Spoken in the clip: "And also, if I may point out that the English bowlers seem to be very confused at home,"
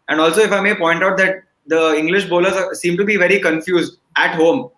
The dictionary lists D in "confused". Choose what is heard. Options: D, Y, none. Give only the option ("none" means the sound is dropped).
D